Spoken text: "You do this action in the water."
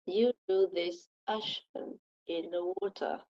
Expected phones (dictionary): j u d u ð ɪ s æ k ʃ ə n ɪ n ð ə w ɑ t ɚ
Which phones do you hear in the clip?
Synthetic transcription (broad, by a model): j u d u ð ɪ s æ ʃ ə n ɪ n ð ə w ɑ t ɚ